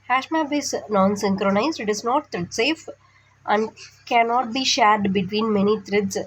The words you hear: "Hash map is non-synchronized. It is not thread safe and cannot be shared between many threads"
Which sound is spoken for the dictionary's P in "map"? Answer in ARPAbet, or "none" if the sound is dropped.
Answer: B